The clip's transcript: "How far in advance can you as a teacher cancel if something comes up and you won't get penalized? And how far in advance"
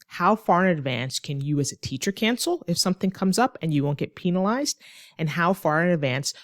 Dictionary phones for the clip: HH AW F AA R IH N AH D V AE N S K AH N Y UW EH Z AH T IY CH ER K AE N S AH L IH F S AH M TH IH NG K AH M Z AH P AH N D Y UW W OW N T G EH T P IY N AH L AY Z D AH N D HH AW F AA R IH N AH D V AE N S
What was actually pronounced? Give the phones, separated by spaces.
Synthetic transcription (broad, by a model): HH AW F AA R IH N AH D V AE N S K AH N Y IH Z AH T IY CH ER K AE N S L IH F S AH M TH IH NG K AH M Z AH P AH N Y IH W OW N G EH T P IY N AH L AY Z D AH N HH AW F AA R IH N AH D V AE N S